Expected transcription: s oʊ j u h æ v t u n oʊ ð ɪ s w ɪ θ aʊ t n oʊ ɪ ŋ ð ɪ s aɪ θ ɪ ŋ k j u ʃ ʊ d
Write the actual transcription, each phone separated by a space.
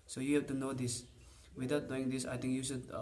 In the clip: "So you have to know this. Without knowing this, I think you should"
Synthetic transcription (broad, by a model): s oʊ j u h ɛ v t u n oʊ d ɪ s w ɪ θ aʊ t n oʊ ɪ ŋ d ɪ s aɪ t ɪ ŋ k j u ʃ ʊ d